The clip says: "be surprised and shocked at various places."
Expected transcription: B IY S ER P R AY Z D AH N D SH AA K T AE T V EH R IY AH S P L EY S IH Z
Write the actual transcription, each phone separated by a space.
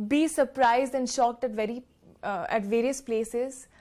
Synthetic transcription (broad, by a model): B IY S ER P R AY Z D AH N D SH AA K T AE T V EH R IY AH S P L EY S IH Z